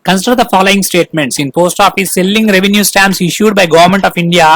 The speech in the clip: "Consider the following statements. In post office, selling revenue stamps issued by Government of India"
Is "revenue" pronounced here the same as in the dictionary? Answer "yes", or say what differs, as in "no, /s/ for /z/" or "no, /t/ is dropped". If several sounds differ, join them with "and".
yes